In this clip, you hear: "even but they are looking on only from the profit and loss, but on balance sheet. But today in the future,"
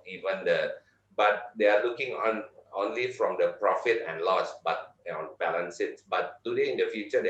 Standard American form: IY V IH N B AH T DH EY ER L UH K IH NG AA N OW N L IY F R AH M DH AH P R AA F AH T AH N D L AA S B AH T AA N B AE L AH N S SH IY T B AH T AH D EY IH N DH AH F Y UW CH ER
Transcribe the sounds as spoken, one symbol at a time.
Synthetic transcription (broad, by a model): IY V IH N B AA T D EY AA L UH K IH NG AA N OW N L IY F R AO M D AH P R AA F AH T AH N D L AA S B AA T AA N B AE L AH N S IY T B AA T AH D EY IH N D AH F Y UW CH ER